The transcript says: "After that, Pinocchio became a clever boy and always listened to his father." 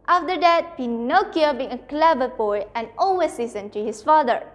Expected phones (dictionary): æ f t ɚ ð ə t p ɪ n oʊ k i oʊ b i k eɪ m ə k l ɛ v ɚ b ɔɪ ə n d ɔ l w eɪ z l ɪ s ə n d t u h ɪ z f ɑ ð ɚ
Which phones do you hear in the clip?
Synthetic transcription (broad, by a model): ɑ f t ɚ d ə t p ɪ n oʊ k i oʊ b i ɪ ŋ ə k l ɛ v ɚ b ɔɪ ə n ɔ l w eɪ s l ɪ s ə n t u h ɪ s f ɑ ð ɚ